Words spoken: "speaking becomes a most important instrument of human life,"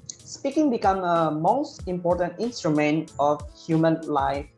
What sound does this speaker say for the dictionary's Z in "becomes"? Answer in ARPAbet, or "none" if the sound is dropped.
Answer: none